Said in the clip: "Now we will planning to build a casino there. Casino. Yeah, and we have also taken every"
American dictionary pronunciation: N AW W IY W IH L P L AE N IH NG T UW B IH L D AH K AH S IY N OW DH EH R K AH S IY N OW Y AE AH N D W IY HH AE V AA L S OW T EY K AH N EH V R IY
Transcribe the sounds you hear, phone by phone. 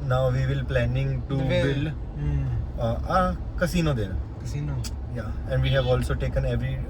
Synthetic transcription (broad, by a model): N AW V IY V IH L P L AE N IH NG T UW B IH L AH K AH S IY N OW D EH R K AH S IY N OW Y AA AH N D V IY HH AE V AA L S OW T EY K AH N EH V R IY